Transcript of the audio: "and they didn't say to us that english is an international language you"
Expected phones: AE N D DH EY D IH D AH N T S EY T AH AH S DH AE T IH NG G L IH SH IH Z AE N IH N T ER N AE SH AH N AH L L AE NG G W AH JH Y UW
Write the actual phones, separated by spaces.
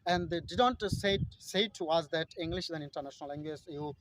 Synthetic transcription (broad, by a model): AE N D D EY D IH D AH N T S EY S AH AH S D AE T IH NG G L IH SH IH Z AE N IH N T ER N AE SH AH N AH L L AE NG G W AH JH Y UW